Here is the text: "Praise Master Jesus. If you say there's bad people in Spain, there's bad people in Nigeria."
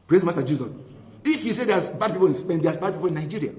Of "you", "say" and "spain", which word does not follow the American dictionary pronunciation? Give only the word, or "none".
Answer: spain